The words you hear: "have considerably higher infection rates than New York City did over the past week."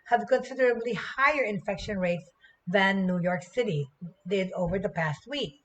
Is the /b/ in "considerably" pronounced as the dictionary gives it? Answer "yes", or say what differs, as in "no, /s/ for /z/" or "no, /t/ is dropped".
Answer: yes